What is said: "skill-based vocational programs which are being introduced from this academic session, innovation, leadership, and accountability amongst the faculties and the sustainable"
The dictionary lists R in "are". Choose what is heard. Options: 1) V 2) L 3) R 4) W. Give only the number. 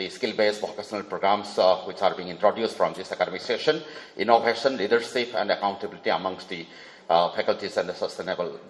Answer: 3